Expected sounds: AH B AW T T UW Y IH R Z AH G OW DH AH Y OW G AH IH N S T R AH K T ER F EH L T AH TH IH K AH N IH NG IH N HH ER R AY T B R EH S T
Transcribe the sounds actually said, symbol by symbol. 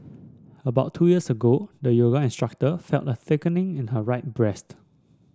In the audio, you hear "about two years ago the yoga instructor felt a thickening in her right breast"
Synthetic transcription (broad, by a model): AH B AW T T UW Y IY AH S AH G OW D AH Y OW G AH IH N S T R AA K T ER F EH L T AH TH IH K AH N IH NG IH N HH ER R AY T B R EH S T